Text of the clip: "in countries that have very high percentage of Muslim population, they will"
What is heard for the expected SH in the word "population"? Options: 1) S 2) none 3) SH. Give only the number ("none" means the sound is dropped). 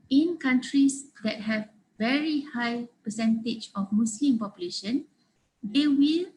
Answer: 3